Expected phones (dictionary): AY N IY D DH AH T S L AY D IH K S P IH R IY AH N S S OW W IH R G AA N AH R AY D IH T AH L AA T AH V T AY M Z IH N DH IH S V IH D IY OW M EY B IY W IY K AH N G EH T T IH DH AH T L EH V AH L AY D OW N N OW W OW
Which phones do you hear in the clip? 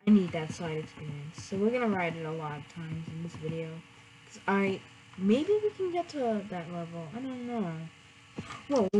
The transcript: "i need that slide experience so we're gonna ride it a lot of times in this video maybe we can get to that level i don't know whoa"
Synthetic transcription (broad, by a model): AY N IY D DH AH T S L AY D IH K S P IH R IY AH N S S OW W IH R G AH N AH R AY D IH T AH L AA T AH V T AY M Z IH N DH IH S V IH D IY OW M EY B IY W IY K AH N G EH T T IH DH AH T L EH V L AY D OW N N OW W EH